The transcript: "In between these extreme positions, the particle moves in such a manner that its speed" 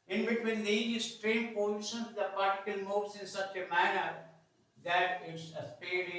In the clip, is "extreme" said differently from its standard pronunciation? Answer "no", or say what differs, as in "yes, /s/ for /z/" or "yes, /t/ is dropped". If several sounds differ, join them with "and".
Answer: yes, /k/ is dropped